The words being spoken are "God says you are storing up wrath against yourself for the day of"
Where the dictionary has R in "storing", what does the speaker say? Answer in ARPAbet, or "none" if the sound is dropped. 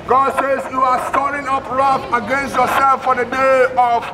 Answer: L